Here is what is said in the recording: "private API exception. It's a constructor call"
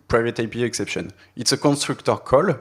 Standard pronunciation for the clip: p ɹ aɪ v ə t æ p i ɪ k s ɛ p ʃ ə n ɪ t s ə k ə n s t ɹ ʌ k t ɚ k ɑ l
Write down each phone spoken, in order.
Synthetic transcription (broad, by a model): p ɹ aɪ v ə t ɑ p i ɪ k s ɛ p ʃ ə n ɪ t s ə k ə n s t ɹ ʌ k t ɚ k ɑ l